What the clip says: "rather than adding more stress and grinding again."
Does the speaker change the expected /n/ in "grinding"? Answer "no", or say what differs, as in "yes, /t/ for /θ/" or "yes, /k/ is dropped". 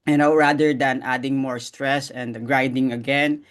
yes, /n/ is dropped